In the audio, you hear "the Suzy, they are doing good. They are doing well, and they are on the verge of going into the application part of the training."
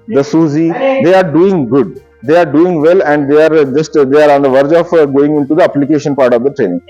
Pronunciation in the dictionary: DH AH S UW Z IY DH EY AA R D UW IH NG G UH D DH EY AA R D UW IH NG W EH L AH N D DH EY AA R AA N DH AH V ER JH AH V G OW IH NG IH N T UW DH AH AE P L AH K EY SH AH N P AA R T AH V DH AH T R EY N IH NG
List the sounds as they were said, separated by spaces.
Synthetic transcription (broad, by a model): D AH S UW Z IY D EY AA R D UW IH NG G UH D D EY AA R D UW IH NG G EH L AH N D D EY AA R AA N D AH V ER JH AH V G OW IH NG IH N T UW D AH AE P L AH K EY SH AH N P AA R T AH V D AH T R EY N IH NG